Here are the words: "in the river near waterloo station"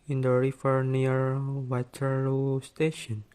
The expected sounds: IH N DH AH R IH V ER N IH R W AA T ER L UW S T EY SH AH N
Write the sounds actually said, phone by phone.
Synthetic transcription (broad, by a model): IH N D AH R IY F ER N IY R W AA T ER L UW S T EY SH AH N